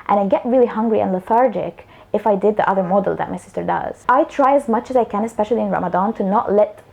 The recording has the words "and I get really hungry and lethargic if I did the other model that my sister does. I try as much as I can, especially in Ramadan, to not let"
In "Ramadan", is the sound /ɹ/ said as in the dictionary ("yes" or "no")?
yes